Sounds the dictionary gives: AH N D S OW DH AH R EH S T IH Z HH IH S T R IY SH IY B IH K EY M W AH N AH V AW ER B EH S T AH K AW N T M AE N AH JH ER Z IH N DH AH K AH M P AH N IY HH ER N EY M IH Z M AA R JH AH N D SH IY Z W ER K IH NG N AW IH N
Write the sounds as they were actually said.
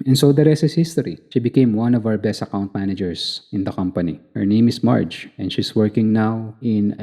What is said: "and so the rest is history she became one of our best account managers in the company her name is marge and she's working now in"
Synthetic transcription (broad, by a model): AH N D S OW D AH R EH S IH S HH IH S T R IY SH IY B IH K EY M W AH N AH V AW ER B EH S T AH K AW N T M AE N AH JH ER S IH N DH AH K AH M P AH N IY HH ER N EY M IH S M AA R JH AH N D SH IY S W ER K IH NG N AW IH N